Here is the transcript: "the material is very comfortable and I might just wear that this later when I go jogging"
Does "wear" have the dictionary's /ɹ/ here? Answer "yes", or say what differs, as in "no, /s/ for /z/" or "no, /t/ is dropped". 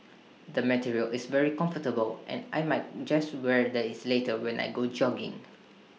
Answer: yes